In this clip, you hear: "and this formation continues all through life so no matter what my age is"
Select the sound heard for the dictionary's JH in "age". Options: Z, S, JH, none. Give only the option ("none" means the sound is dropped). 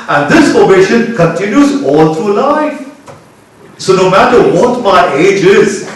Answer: JH